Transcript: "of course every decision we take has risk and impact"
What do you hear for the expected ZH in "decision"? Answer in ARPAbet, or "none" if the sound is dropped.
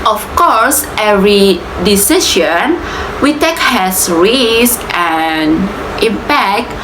SH